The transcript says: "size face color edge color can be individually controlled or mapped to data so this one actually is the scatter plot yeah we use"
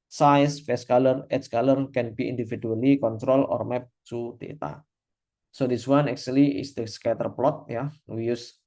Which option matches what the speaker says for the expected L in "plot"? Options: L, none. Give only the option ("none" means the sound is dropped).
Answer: L